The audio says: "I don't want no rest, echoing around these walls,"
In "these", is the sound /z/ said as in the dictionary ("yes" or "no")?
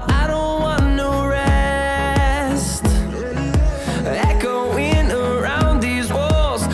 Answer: yes